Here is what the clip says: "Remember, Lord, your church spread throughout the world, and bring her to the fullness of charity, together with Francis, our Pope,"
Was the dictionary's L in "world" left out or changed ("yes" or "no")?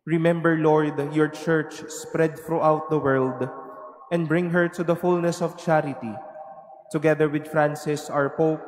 no